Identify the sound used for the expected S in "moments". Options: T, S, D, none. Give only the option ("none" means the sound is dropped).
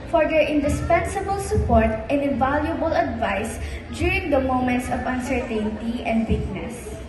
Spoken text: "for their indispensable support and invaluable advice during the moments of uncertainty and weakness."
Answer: S